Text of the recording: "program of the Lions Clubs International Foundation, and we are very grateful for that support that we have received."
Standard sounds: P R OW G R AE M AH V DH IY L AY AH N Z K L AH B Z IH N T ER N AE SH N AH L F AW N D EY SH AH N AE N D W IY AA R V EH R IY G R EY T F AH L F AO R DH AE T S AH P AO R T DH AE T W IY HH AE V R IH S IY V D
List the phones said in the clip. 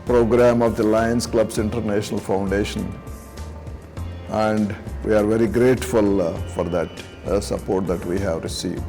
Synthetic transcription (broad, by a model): P R OW G R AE M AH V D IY L AY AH N S K L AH B S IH N T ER N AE SH N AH L F AW N D EY SH AH N AE N D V IY AA R V EH R IY G R EY T F AH L F AO R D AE T S AH P AO R T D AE T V IY HH AE V R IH S IY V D